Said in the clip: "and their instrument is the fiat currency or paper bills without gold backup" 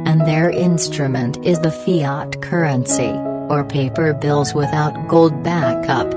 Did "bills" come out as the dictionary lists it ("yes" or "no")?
yes